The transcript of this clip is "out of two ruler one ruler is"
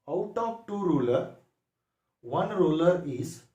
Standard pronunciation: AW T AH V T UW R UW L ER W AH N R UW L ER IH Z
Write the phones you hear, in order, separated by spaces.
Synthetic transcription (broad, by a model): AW T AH P T UW R UW L ER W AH N R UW L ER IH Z